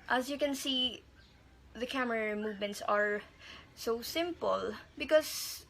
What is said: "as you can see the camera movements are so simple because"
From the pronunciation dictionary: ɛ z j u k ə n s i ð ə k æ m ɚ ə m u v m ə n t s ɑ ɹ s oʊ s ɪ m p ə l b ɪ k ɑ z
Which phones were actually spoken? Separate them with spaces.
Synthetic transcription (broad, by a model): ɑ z j u k ə n s i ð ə k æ m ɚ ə m u v m ə n t s ɑ ɹ s oʊ s ɪ m p ə l b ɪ k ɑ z